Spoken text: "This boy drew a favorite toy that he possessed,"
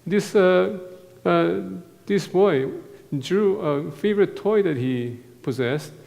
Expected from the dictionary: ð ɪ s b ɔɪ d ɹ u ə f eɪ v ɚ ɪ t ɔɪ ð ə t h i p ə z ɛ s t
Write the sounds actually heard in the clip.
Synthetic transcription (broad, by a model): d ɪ s b ɔɪ d ɹ u ə f eɪ v ɚ ɪ t ɔɪ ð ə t h i p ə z ɛ s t